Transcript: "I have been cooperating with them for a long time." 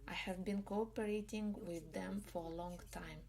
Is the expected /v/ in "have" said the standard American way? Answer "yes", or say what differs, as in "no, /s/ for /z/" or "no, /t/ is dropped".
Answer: yes